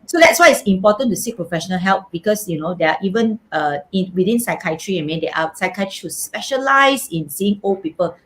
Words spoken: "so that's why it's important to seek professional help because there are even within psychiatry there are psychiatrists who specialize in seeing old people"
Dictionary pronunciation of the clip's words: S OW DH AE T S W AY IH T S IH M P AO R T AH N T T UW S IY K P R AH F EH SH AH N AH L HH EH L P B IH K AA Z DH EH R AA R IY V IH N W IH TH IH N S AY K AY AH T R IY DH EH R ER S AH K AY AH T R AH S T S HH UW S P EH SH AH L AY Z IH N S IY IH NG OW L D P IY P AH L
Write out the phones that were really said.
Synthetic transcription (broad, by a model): S OW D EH T S W AY IH T S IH M P AO T AH N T T UW S IY K P R AH F EH SH AH N AH L HH EH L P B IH K AA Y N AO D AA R IY V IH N W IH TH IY N S AY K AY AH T R IY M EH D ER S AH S AY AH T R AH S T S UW S P EH SH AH L AY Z IH N S IY IH NG OW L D P IY P AH L